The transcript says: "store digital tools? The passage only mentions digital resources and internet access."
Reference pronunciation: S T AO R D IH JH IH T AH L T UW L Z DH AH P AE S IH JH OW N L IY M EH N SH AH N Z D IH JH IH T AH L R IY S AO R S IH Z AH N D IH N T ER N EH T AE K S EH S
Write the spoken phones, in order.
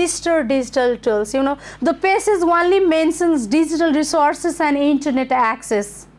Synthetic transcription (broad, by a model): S T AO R D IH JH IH T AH L T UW L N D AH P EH S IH Z OW N L IY M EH N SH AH N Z D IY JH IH T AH L R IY S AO R S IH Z AH N D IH N T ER N EH T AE K S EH S